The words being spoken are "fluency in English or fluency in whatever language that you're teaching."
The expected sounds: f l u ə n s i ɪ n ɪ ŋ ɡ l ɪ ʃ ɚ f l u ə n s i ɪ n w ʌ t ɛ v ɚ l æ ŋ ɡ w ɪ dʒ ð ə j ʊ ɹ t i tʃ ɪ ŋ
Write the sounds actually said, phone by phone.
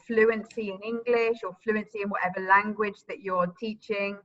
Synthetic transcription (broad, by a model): f l u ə n s i ɪ n ɪ ŋ ɡ l ɪ ʃ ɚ f l u ə n s i ɪ n w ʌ t ɛ v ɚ l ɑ ŋ ɡ w ɪ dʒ ð ə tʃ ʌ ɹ t i tʃ ɪ ŋ